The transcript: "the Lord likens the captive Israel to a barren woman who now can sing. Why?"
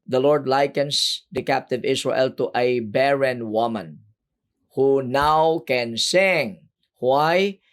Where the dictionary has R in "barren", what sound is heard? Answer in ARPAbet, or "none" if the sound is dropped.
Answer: R